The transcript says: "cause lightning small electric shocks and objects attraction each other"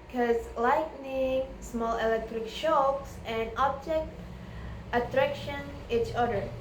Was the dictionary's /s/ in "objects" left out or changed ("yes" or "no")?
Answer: yes